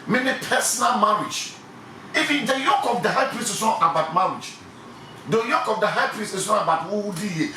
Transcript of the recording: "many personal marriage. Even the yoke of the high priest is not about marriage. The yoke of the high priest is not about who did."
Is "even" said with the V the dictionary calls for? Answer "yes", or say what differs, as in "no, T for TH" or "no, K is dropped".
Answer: no, F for V